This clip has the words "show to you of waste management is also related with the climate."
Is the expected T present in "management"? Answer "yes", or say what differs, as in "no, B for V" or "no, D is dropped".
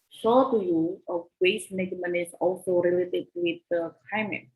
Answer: no, T is dropped